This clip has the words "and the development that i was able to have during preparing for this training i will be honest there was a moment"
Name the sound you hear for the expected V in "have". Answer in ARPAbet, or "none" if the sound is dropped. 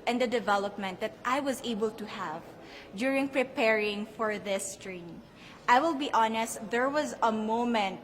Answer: V